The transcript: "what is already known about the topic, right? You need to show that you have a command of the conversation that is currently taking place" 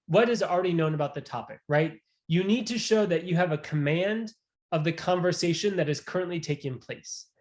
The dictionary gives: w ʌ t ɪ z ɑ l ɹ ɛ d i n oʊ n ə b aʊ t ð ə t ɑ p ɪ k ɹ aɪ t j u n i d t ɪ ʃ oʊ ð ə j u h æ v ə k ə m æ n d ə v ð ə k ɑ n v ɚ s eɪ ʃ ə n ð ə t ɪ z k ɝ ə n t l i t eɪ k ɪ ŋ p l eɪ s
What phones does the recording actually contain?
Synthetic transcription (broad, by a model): w ʌ t ɪ z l ɹ ɛ d i n oʊ n ə b aʊ t ð ə t ɑ p ɪ k ɹ aɪ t j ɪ n i d t ɪ ʃ oʊ ð ə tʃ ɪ v ə k ə m æ n d ə v ð ə k ɑ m v ɚ s eɪ ʃ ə n ð ə t ɪ z k ɝ ə n t l i t eɪ k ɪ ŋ p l eɪ s